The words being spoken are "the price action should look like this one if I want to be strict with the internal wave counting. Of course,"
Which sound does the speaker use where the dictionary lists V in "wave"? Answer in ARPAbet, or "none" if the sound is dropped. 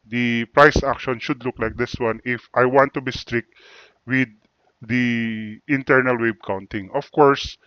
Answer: B